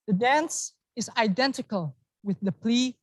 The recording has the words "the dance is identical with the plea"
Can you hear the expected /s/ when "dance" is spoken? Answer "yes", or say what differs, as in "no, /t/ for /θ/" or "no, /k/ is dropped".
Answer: yes